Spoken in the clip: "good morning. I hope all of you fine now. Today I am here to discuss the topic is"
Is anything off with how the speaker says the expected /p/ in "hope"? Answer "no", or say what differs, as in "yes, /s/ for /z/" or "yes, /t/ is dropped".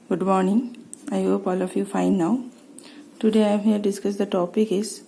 no